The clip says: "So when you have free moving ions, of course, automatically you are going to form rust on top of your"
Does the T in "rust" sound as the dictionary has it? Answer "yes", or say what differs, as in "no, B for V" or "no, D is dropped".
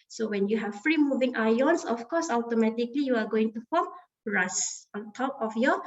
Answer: no, T is dropped